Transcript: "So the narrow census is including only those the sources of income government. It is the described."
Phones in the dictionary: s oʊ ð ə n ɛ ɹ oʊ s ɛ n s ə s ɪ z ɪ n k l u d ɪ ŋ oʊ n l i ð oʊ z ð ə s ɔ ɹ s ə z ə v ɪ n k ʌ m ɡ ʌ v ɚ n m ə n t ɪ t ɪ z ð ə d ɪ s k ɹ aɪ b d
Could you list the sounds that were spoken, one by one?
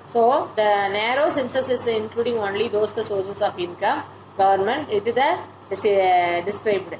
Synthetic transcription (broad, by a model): s oʊ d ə n ɛ ɹ oʊ s ɛ n s ə s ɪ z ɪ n k l u d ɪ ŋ oʊ n l i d oʊ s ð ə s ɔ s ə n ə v ɪ n k ʌ m ɡ ʌ v ɚ n m ə n t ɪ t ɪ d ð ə d ɪ s k ɹ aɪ b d